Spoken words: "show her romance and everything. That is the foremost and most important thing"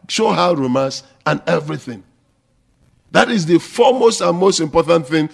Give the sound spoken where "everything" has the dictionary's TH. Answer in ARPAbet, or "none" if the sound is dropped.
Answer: TH